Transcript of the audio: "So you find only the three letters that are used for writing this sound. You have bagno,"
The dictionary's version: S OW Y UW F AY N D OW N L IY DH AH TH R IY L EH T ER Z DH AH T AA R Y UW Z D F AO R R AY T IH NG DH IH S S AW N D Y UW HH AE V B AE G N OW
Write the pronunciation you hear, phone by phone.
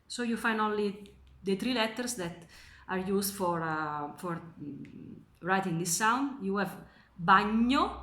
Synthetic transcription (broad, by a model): S OW Y UW F AY N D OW L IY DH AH T R IY L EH T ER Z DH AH T AA R Y UW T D F AO R R AY T IH NG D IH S S AW N D Y UW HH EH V B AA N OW